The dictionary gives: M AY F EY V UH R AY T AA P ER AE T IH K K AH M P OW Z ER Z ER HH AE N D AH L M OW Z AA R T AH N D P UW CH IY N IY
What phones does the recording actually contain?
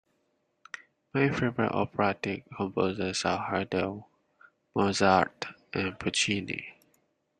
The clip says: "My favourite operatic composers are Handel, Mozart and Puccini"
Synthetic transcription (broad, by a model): M AY F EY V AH R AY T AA P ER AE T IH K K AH M P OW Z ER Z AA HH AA D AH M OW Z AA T T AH N P UW CH IY N IY